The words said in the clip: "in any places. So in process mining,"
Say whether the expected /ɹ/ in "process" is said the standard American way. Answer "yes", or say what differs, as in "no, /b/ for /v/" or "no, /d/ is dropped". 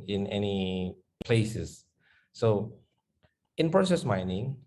yes